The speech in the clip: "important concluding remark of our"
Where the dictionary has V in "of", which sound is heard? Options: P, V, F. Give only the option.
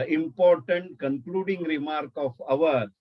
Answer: V